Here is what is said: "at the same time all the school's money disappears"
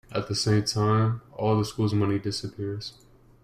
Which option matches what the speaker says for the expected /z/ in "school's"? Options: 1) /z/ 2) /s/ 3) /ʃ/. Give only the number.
1